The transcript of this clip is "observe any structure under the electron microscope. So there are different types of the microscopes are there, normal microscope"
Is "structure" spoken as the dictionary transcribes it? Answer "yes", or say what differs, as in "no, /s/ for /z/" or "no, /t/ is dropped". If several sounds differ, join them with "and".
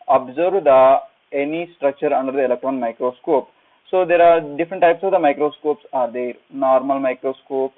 yes